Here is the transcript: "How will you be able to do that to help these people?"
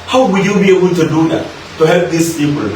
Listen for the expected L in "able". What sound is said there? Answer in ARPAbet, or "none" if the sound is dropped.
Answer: N